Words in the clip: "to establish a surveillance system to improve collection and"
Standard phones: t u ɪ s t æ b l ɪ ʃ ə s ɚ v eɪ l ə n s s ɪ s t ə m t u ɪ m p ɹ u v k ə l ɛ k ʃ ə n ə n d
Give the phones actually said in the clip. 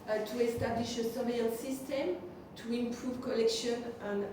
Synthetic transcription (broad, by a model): t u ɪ s t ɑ b l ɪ ʃ ə s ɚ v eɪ ə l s s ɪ s t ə m t u ɪ m p ɹ u v k ə l ɛ k ʃ ə n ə n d